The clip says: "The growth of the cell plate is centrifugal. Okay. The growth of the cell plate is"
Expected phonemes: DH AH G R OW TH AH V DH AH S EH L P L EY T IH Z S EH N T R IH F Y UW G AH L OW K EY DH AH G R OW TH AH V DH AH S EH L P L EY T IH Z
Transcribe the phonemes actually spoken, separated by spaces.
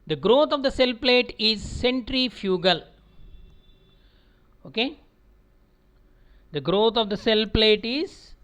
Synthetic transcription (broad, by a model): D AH G R OW T AH V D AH S EH L P L EY T IH Z S EH N T R IH F Y UW G AH L OW K EY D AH G R OW T AH V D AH S EH L P L EY T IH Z